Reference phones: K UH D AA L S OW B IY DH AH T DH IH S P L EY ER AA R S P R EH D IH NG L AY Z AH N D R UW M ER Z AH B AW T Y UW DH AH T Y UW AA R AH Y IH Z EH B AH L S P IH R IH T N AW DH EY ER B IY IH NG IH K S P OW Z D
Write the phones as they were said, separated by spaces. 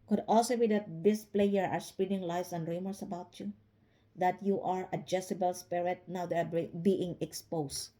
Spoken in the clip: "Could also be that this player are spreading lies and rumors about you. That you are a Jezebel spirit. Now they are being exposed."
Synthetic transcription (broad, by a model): K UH D AA L S OW B IY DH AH T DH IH S P L EY ER AA R S P EH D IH NG L AY S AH N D R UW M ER S AH B AW T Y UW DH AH T Y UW AA R AH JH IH S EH B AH L S P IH R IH T N AW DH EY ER B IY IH NG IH K S P OW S